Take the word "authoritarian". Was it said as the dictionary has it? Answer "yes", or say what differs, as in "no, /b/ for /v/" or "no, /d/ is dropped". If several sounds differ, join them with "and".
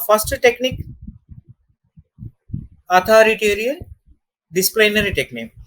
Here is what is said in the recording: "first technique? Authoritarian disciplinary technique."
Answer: no, /t/ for /θ/